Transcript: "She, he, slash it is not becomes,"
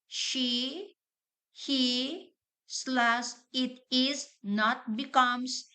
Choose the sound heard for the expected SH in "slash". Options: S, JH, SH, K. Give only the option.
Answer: S